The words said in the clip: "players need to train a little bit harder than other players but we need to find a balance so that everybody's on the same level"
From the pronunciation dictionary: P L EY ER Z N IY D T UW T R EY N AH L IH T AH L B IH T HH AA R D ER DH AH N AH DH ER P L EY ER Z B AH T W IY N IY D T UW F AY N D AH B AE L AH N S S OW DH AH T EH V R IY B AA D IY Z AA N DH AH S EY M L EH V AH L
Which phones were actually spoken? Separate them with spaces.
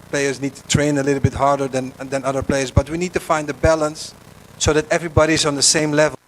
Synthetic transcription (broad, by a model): P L EY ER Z N IY D T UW T R EY N AH L IH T L B IH T HH AA R D ER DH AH N AH DH ER P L EY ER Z B AH T W IY N IY D T UW F AY N D AH B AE L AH N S S OW DH AH T EH V R IY B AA D IY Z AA N DH AH S EY M L EH V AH